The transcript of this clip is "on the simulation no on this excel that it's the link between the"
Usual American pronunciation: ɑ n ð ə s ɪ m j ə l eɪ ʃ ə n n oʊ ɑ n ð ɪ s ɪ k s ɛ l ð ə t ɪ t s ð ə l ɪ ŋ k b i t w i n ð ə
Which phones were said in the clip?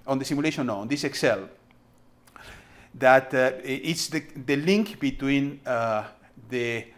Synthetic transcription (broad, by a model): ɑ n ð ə s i m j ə l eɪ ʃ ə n n oʊ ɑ n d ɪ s ɪ k s ɛ l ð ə t ɪ t s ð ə l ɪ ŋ k b i t w i n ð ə